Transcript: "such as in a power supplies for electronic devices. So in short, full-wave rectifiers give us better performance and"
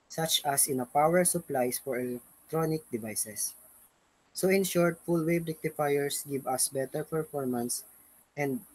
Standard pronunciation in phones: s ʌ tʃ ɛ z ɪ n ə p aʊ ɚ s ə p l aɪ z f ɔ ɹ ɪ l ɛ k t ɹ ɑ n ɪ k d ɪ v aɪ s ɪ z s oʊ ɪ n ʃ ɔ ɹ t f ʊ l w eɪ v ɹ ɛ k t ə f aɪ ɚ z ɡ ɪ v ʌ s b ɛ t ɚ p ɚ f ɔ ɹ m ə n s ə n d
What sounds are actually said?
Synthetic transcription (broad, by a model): s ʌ tʃ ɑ s ɪ n ə p aʊ ɚ s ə p l aɪ s f ɔ ɹ ɪ l ɛ k t ɹ ɑ n ɪ k d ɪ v aɪ s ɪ s oʊ ɪ n ʃ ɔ ɹ t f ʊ l w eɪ b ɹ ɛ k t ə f aɪ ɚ s ɡ ɪ v ʌ s b ɛ t ɚ p ɚ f ɔ ɹ m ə n s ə n d